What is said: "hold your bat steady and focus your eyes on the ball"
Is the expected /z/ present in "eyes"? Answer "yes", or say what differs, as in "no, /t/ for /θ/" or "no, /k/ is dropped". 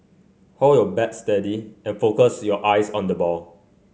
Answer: no, /s/ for /z/